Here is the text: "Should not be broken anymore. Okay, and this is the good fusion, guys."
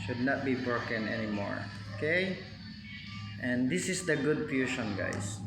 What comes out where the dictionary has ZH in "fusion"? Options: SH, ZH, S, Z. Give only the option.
SH